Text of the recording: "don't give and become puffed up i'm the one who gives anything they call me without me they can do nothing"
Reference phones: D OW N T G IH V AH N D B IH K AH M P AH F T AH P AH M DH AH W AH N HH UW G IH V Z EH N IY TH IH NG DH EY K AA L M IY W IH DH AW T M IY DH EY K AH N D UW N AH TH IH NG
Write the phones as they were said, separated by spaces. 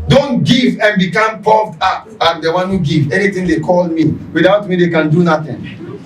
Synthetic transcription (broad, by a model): D OW N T G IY V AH N B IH K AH M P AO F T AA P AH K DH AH W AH N HH UW G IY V EH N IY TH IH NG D EY K AA L M IY W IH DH AW T M IY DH EY K AH N D UW N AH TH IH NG